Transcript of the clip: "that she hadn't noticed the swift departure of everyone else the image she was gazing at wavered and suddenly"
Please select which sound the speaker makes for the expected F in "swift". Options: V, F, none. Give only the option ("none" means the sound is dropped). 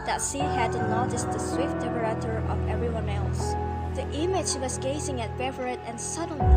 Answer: F